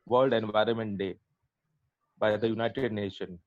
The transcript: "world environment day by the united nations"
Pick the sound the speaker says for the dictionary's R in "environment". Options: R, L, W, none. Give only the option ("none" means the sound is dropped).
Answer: R